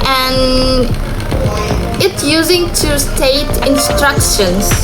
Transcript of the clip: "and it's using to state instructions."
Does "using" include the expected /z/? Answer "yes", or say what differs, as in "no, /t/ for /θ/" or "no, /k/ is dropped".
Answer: yes